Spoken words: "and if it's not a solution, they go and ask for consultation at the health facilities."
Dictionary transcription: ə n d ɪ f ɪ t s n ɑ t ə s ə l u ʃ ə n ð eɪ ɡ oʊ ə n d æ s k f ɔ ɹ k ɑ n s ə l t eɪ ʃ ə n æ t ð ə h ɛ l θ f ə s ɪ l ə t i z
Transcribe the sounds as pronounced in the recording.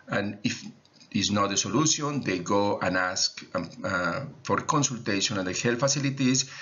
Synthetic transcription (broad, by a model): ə n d ɪ f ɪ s n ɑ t ə s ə l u s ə n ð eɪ ɡ oʊ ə n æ s k f ɔ ɹ k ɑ n s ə l t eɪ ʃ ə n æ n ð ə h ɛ l f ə s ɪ l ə t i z